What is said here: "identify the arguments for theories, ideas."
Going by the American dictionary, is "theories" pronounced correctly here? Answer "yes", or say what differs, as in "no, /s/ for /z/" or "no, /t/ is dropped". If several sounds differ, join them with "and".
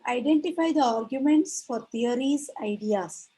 no, /t/ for /θ/